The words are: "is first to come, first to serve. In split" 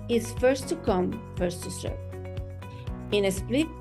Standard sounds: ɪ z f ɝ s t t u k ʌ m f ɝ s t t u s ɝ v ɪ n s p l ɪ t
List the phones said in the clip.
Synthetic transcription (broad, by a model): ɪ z f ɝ s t t u k ʌ m f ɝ s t t u s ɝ p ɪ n s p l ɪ